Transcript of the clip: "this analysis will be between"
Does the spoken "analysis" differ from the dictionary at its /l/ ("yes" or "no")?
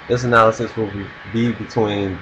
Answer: no